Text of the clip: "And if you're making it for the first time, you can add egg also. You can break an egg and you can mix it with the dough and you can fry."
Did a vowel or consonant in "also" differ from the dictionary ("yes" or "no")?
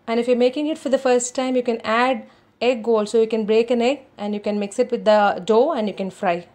no